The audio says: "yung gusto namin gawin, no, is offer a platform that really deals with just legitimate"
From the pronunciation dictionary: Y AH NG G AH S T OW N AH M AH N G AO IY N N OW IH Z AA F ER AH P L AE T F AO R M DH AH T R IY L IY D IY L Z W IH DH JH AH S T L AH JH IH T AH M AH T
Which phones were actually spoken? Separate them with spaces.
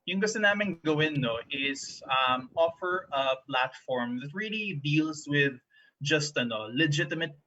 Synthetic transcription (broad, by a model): Y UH NG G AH S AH N AH M AH N G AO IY N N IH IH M AA F ER AH P L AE T F AO R M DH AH T R IY L IY D IY L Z W IH DH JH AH S T L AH JH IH T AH M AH T